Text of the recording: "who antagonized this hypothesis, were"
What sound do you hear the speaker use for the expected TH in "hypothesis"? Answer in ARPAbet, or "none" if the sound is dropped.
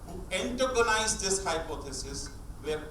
T